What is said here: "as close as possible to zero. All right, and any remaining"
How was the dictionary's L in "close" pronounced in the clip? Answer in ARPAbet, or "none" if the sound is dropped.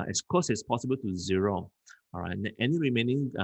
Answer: none